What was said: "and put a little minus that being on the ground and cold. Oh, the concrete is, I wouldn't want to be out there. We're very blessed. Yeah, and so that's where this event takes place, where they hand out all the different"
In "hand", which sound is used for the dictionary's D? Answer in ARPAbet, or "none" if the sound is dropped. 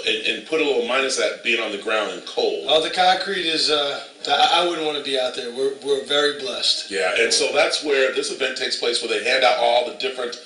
D